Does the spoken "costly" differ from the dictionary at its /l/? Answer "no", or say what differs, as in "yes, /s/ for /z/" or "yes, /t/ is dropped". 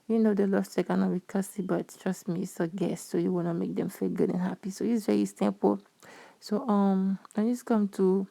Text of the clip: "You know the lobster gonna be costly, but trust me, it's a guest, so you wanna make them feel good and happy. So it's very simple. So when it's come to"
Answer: yes, /l/ is dropped